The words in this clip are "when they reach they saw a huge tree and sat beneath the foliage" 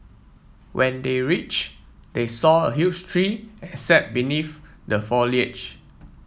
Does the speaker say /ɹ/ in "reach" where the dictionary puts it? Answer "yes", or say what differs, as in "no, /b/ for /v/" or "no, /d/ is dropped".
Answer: yes